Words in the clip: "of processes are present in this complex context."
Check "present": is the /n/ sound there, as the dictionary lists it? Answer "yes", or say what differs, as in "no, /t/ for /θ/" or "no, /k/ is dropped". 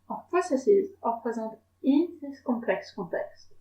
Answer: no, /n/ is dropped